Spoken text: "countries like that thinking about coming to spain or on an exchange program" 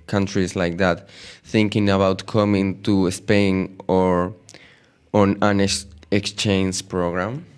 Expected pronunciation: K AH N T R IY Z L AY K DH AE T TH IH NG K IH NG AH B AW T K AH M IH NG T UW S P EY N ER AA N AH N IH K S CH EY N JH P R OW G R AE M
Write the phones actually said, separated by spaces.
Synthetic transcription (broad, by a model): K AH N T R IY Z L AY K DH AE T TH IH NG K IH NG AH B AW T K AH M IH NG T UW S P EY N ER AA N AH N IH K S CH EY N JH P R OW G R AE M